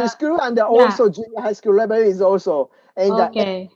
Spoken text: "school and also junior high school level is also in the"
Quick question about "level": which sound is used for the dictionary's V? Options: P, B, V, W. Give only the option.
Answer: B